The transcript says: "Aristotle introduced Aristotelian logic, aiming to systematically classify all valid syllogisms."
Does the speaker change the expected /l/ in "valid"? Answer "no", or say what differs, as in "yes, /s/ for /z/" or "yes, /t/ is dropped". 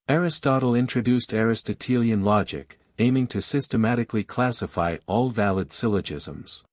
no